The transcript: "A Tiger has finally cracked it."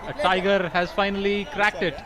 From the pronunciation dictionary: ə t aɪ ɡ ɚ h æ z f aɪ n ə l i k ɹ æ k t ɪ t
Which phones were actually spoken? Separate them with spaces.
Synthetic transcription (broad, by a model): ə t aɪ ɡ ɚ h æ z f aɪ n ə l i k ɹ æ k t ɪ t